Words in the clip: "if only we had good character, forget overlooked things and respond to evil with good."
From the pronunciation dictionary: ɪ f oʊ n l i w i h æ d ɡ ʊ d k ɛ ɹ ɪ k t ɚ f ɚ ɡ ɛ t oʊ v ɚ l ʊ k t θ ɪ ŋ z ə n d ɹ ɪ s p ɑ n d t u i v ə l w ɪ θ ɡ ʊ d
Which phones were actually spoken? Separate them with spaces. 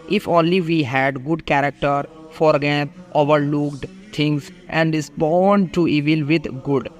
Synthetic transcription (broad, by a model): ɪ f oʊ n l i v i h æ d ɡ ʊ d k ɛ ɹ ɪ k t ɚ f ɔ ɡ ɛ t oʊ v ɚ l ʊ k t t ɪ ŋ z ə n d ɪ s b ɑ n d t u i v ə l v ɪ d ɡ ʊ d